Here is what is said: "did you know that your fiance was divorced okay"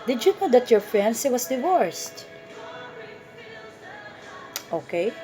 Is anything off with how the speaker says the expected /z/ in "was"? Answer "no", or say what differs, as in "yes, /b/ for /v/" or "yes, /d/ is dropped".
yes, /s/ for /z/